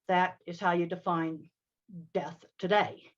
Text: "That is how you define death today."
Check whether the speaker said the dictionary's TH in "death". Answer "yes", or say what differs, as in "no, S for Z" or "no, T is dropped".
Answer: yes